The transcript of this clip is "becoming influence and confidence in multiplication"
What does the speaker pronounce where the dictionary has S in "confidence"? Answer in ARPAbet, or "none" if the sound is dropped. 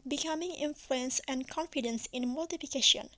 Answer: S